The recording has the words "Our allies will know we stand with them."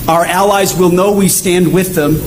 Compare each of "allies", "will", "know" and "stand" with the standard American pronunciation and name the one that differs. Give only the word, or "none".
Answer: none